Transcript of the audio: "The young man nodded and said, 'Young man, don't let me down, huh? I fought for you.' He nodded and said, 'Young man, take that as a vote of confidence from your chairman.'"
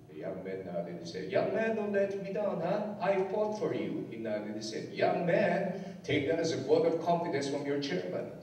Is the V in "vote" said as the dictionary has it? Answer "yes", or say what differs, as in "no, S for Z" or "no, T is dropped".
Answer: no, W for V